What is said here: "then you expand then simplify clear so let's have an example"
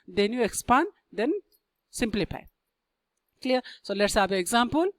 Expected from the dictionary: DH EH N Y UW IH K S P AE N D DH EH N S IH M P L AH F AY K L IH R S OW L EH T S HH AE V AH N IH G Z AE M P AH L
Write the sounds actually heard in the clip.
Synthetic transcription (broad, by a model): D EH N Y UW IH K S P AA N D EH N S IH M P L AH F AY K L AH R S OW L EH T S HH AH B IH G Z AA M P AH L